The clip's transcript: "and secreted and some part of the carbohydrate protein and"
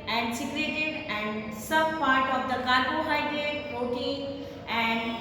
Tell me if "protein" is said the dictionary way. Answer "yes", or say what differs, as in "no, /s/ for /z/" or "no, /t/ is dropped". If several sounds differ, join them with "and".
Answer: no, /ɹ/ is dropped and /n/ is dropped